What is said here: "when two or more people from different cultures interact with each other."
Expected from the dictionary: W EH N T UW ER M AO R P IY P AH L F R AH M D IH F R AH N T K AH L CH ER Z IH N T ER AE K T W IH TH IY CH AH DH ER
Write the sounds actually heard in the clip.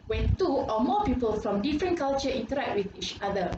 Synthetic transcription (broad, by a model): W EH N T UW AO M AO P IY P AH L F R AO M D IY F R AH N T K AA L CH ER IY N T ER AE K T W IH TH IY CH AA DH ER